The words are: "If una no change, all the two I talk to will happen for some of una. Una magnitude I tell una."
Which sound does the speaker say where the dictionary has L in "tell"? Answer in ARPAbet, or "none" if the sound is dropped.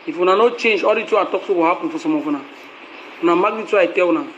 W